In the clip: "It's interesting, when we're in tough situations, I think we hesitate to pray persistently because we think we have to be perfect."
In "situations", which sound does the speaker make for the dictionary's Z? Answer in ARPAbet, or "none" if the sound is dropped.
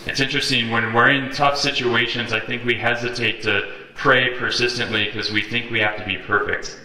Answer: Z